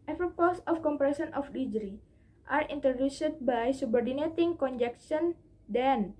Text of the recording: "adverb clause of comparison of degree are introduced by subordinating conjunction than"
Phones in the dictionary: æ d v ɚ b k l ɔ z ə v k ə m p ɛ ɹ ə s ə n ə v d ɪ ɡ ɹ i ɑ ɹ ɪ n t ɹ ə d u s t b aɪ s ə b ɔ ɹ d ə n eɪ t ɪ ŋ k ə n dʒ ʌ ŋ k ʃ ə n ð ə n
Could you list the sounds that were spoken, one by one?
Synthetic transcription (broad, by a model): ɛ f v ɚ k ɔ s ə f k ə m p ɹ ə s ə n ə f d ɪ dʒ ɹ i ɑ ɹ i n t ɹ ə d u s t b aɪ s ə b ɔ ɹ d ə n eɪ t ɪ ŋ k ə n dʒ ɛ k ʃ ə n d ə n